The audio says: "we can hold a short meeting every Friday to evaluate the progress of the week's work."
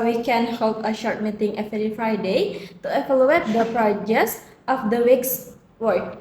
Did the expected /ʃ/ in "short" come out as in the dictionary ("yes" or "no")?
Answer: yes